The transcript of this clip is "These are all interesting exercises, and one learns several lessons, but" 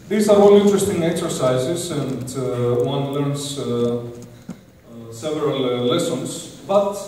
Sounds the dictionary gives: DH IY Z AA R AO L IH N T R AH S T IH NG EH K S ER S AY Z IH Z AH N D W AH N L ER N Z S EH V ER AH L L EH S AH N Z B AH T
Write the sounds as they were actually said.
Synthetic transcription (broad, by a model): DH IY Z AA R AO L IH N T R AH S T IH NG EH K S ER S AY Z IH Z AH N D W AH N L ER N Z S EH V ER AH L L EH S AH N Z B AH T